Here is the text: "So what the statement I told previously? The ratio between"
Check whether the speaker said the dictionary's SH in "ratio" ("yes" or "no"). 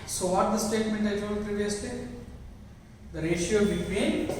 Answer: yes